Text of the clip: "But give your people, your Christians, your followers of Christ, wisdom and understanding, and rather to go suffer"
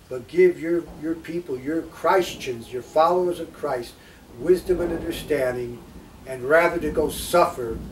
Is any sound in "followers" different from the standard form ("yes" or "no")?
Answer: no